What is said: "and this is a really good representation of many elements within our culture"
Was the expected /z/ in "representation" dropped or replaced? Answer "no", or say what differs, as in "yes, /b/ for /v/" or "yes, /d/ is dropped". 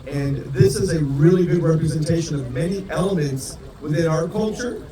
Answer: no